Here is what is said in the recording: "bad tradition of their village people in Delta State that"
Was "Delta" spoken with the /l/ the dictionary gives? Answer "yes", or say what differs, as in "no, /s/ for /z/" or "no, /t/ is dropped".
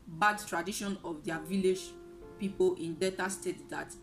no, /l/ is dropped